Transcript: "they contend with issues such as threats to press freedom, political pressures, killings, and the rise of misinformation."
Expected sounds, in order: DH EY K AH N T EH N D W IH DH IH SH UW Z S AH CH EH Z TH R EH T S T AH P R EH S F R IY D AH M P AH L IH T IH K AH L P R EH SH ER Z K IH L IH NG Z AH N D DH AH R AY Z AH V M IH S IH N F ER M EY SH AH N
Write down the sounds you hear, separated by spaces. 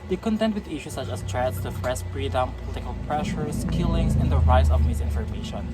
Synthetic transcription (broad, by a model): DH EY K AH N T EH N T W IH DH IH SH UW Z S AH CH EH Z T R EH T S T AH F R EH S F R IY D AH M P AH L IH T IH K AH L P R EH SH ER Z K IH L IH NG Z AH N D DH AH R AY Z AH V M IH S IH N F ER M EY SH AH N